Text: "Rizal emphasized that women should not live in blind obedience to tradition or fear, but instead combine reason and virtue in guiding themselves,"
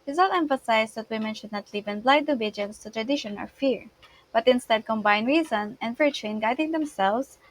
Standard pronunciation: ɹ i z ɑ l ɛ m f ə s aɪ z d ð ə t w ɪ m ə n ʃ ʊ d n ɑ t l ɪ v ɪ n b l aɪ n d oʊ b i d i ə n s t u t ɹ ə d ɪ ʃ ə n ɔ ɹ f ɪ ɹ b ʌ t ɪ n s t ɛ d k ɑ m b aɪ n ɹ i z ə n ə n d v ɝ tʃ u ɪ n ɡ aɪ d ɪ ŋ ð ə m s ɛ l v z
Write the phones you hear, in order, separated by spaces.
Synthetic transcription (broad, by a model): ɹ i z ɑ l ɛ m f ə s aɪ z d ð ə t w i m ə n ʃ ʊ d n ɑ t l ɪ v ɪ n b l aɪ d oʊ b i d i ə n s t u t ɹ ə d ɪ ʃ ə n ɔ l f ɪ ɹ b ʌ t ɪ n s t ɛ d k ɑ m b aɪ n ɹ i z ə n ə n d v ɝ tʃ u ɪ n ɡ aɪ d ɪ ŋ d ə m s ɛ l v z